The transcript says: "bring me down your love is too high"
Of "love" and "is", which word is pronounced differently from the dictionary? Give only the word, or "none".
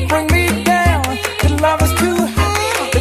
is